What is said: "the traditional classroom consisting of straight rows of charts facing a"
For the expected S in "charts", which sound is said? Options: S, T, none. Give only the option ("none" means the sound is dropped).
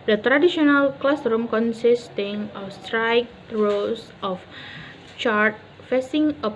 none